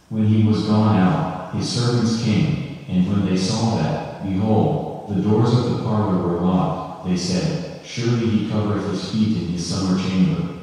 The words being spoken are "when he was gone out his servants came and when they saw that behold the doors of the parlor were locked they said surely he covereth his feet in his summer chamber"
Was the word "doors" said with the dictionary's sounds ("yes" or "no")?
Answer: yes